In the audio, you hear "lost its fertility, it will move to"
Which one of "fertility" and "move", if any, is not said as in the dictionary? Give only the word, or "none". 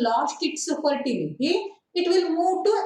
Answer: fertility